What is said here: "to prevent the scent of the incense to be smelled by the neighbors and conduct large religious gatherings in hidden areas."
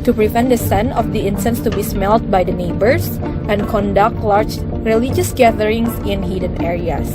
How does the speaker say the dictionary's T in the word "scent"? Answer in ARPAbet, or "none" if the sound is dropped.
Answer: none